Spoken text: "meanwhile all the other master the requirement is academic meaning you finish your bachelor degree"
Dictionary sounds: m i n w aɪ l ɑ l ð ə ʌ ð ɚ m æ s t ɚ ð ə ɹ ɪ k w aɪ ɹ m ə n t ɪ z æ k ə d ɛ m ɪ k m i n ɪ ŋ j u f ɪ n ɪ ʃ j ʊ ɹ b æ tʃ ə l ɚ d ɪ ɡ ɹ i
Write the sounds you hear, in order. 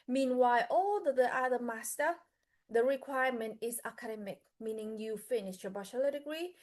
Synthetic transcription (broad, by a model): m i n w aɪ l ɑ l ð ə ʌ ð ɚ m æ s t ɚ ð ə ɹ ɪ k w aɪ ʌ m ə n t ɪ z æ k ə d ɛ m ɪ k m i n ɪ ŋ j u f ɪ n ɪ ʃ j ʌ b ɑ ʃ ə l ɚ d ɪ ɡ ɹ i